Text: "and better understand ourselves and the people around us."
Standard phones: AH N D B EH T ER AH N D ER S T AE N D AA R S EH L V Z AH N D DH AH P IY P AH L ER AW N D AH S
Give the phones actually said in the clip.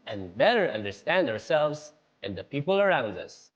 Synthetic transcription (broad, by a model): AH N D B EH T ER AH N D ER S T AE N D AA R S EH L V Z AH N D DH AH P IY P AH L ER AW N D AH S